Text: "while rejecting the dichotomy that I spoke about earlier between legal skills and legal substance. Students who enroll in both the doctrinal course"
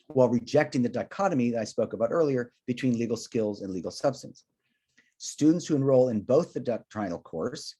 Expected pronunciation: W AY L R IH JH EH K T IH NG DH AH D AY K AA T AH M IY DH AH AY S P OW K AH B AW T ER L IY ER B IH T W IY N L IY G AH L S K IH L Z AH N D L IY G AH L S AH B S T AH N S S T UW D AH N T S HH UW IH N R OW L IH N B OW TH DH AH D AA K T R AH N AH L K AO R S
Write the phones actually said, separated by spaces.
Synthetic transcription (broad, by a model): W AY L R IH JH EH K T IH NG DH AH D AY K AA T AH M IY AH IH S P OW K AH B AW T ER L IY ER B IH T W IY N L IY G L S K IH L Z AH N L IY G L S AH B S T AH N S S T UW D N T S HH UW IH N R OW L IH N B OW TH DH AH D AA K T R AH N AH L K AO R S